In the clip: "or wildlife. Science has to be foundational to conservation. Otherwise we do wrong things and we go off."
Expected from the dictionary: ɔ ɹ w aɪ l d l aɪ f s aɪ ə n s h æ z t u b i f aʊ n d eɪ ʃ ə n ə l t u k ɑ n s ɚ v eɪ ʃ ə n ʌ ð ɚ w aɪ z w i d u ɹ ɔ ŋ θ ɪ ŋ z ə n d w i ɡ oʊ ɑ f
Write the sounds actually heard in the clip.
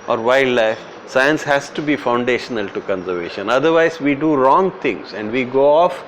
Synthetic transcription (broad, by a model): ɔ ɹ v aɪ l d l aɪ f s aɪ ə n s h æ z t u b i f aʊ n d eɪ ʃ ə n ə l t u k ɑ n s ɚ v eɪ ʃ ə n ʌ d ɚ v aɪ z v i d u ɹ ɔ ŋ t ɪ ŋ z ə n d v i ɡ oʊ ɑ f